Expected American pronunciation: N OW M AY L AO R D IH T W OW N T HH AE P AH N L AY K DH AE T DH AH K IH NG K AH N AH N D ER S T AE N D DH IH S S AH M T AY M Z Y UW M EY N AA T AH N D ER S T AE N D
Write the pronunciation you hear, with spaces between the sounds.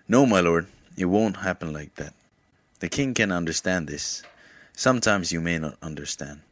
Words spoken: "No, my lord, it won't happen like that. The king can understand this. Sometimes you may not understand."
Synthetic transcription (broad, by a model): N OW M AY L AO R D IH T W OW N T HH AE P AH N L AY K DH AE T DH AH K IH NG K AH N AH N D ER S T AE N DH IH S S AH M T AY M Z Y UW M EY N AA T AH N D ER S T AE N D